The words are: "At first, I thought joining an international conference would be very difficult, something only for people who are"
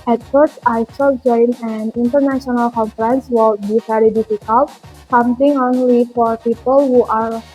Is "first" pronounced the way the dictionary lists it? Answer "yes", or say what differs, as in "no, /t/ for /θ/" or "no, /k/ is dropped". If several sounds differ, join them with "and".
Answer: no, /t/ is dropped